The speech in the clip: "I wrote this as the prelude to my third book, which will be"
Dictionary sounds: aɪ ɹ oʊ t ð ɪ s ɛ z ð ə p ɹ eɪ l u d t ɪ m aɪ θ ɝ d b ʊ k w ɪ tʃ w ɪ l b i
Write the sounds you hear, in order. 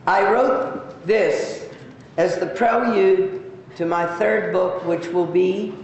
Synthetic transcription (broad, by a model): aɪ ɹ oʊ t ð ɪ s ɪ z ð ə p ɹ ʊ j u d t ɪ m aɪ θ ɝ d b ʊ k w ɪ tʃ w ɪ l b i